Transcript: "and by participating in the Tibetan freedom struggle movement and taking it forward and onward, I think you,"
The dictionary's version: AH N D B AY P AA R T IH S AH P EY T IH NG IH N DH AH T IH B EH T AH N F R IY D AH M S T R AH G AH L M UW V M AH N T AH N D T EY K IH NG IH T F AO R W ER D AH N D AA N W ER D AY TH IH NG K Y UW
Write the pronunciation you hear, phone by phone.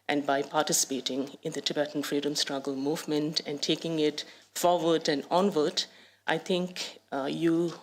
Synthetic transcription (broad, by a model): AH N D B AY P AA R T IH S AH P EY T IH NG IH N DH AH T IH B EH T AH N F R IY D AH M S T R AH G AH L M UW V M AH N T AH N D T EY K IH NG IH T F AO R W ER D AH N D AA N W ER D AY T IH NG K Y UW